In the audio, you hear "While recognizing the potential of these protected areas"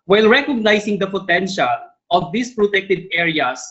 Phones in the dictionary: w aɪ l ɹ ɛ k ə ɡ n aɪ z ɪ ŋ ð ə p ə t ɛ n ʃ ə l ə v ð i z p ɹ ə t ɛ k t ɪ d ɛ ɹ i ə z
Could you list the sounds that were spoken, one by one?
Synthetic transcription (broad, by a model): w aɪ l ɹ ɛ k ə ɡ n aɪ s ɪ ŋ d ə p ə t ɛ n ʃ ə l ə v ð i s p ɹ ə t ɛ k t ɪ d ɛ ɹ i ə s